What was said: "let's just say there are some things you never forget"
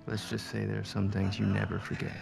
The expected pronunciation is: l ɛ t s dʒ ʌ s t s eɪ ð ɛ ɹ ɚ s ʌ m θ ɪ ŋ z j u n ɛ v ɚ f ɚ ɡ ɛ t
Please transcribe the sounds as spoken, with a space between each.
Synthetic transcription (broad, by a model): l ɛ t s dʒ ʌ s t s eɪ ð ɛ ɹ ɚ s ʌ m θ ɪ ŋ z j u n ɛ v ɚ f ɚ ɡ ɛ t